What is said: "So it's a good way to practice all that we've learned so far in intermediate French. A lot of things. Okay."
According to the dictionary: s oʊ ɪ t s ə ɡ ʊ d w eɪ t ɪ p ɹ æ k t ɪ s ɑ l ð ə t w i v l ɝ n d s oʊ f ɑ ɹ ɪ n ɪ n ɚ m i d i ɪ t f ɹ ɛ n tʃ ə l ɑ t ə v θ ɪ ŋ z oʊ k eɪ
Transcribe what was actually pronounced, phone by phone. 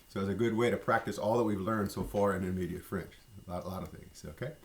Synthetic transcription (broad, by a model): s oʊ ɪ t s ə ɡ ʊ d w eɪ t ɪ p ɹ æ k t ɪ s ɑ l ð ə t w i v l ɝ n d s oʊ f ɑ ɹ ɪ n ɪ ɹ m i d i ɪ t f ɹ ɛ n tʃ ə l ɑ t ə v θ ɪ ŋ z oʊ k eɪ